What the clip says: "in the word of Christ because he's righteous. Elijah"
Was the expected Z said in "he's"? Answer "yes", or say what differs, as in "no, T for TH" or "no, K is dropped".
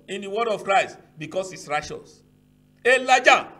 no, S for Z